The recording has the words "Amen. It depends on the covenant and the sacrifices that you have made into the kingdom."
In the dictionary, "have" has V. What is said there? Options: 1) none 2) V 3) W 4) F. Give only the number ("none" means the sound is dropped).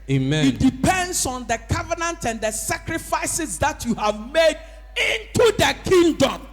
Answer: 2